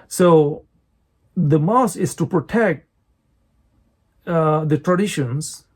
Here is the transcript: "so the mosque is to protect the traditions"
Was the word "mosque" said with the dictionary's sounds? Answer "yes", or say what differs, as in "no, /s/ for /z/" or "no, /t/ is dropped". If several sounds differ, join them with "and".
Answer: no, /k/ is dropped